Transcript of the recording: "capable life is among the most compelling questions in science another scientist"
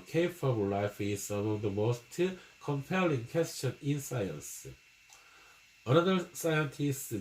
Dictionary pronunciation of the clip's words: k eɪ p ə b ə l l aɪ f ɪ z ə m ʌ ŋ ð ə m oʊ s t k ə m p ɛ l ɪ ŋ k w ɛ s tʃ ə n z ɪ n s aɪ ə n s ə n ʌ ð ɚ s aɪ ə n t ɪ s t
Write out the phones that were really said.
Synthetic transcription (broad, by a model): k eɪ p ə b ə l l aɪ f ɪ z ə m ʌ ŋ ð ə m oʊ s t k ə m p ɛ l ɪ ŋ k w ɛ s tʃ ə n ɪ n s aɪ ə n s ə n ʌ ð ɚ s aɪ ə n t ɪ s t